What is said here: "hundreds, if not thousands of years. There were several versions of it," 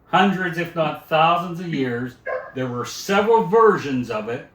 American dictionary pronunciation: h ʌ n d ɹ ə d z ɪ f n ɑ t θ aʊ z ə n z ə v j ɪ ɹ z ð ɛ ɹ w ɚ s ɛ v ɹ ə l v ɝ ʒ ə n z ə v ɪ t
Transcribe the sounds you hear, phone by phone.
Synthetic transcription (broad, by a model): h ʌ n d ɹ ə d z ɪ f n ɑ t θ aʊ z ə n z ə v j ɪ ɹ z ð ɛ ɹ w ɚ s ɛ v ɹ ə l v ɝ ʒ ə n z ə v ɪ t